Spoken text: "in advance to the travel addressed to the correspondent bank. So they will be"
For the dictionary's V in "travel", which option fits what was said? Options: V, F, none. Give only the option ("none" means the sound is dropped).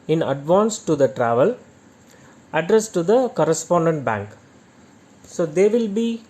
V